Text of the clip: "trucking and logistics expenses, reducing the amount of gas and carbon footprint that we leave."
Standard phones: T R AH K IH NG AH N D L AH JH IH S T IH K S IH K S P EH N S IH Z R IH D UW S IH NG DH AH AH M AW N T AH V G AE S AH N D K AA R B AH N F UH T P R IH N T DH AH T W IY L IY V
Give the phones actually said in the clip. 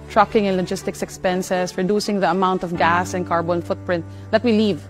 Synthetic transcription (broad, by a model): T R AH K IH NG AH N L AH JH IH S T IH K S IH K S P EH N S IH S R IH D UW S IH NG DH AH AH M AW N T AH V G AE S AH N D K AA R B AH N F UH T P R IH N T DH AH T W IY L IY V